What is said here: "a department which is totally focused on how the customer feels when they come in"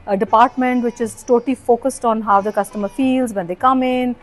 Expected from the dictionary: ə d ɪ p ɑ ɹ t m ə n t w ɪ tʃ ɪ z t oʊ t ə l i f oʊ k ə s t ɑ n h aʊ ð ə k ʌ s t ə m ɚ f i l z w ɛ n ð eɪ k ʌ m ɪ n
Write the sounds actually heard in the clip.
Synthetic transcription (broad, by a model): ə d ɪ p ɑ ɹ t m ə n t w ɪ tʃ ɪ z t oʊ t ə l i f oʊ k ə s t ɑ n h aʊ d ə k ʌ s t ə m ɚ f i l z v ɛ n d eɪ k ʌ m ɪ n